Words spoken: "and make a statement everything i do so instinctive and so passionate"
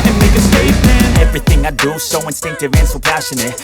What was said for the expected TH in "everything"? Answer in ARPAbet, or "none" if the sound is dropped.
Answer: TH